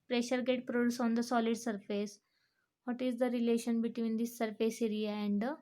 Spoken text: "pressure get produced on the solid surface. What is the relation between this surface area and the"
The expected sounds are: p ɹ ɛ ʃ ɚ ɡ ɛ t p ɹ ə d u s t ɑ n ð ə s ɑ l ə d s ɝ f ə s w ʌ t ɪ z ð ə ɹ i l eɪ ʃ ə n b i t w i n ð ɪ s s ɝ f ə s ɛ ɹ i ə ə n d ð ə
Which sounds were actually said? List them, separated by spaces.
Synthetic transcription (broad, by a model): p ɹ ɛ ʃ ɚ ɡ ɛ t p ɹ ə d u s ɑ n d ə s ɑ l ə d s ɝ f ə s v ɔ t ɪ z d ə ɹ i l eɪ ʃ ə n b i t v i n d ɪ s s ɝ f ə s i ɹ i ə ə n d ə